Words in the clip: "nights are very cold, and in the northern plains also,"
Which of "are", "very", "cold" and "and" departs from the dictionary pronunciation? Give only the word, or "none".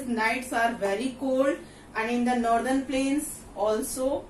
none